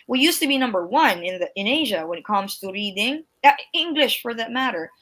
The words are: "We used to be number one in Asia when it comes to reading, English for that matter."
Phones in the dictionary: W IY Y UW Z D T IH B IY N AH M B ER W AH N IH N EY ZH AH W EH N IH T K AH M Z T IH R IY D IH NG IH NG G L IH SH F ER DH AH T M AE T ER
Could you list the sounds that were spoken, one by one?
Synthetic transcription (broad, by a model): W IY Y UW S T IH B IY N AH M B ER W AH N IH N EY ZH AH W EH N IH T K AH M Z T IH R IY D IH NG IH NG G L IH SH F ER DH AH T M AE T ER